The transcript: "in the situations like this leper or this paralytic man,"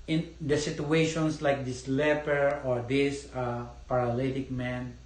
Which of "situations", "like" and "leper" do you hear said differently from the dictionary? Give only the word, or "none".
situations